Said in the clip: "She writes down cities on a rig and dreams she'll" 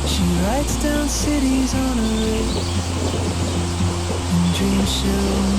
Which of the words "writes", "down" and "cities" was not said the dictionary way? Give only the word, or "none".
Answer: none